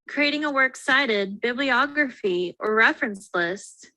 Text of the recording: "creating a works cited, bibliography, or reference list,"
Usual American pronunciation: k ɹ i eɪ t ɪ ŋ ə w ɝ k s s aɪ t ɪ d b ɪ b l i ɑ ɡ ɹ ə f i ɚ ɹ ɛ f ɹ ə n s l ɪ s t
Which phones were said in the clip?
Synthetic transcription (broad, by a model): k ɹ i eɪ t ɪ ŋ ə w ɝ k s s aɪ t ɪ d b ɪ b l i ɑ ɡ ɹ ə f i ɚ ɹ ɛ f ɹ ə n s l ɪ s t